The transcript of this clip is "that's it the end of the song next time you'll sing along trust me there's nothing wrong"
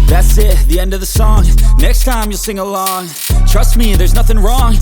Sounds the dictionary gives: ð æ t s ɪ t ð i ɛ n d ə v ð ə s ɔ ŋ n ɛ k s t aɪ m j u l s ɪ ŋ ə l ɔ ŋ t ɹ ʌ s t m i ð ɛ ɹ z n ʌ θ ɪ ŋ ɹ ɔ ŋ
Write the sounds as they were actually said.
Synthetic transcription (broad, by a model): ð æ t s ɪ t ð i ɛ n d ə v ð ə s ɔ ŋ n ɛ k s t aɪ m j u l s ɪ ŋ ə l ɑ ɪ t ɹ ʌ s t m i ð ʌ ɹ z n ʌ θ ɪ ŋ ɹ ɔ ŋ